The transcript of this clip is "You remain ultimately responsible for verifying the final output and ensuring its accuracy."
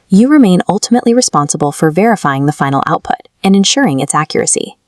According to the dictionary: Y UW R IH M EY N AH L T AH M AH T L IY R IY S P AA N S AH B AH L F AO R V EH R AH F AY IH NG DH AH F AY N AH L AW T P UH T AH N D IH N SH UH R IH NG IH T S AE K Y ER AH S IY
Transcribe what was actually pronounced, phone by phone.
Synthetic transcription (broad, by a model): Y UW R IH M EY N AH L T AH M AH T L IY R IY S P AA N S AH B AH L F AO R V EH R AH F AY IH NG DH AH F AY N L AW T P UH T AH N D IH N SH UH R IH NG IH T S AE K Y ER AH S IY